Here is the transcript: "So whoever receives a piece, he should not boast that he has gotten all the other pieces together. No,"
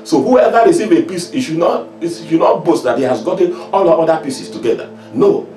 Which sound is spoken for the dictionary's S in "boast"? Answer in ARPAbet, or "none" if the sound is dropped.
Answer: S